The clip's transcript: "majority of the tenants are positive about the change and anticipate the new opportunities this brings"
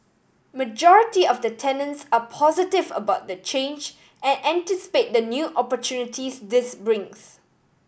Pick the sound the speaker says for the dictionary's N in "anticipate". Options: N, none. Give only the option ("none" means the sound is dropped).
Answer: N